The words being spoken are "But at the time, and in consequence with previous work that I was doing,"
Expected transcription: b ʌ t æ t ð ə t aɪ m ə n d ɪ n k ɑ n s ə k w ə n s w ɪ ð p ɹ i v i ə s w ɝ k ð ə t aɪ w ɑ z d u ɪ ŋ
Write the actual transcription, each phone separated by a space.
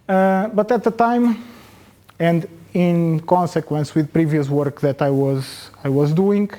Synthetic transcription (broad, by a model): b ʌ t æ t ð ə t aɪ m ə n d ɪ n k ɑ n s ə k w ə n s w ɪ ð p ɹ i v i ə s w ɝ k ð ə t aɪ w ɑ z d u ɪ ŋ